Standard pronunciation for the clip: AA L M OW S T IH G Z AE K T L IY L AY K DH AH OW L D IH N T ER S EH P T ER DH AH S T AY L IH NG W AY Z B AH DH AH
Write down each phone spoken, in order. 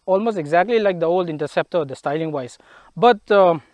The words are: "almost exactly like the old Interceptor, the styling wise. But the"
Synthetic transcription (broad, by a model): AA L M OW S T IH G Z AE K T L IY L AY K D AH OW L D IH N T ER S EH P T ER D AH S T AY L IH NG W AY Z B AH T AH